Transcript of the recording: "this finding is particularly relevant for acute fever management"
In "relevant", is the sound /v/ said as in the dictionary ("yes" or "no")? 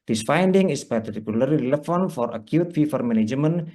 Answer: no